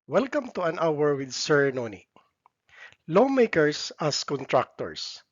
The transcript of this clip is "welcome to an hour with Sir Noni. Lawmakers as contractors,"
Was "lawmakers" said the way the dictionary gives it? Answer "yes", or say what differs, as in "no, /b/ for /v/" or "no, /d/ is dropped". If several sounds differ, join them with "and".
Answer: no, /s/ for /z/